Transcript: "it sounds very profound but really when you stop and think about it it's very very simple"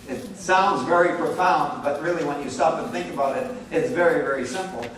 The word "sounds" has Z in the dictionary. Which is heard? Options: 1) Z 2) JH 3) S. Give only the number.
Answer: 1